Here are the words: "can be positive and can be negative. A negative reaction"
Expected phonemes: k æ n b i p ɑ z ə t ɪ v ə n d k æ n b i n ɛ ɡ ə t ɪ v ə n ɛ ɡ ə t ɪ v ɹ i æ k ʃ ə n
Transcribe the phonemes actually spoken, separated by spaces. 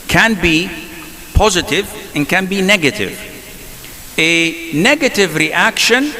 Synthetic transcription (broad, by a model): k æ n b i p ɑ z ə t ɪ v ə n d k æ n b i n ɛ ɡ ə t ɪ v ə n ɛ ɡ ə t ɪ v ɹ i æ k ʃ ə n